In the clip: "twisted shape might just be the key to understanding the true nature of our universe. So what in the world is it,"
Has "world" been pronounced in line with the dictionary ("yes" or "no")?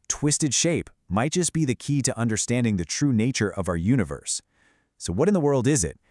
yes